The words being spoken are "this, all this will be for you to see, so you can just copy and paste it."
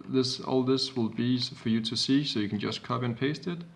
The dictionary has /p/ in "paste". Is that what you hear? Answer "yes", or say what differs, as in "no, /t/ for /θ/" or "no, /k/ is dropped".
yes